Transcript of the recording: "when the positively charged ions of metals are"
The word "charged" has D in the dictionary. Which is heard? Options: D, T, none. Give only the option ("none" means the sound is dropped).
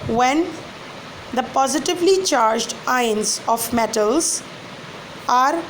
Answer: D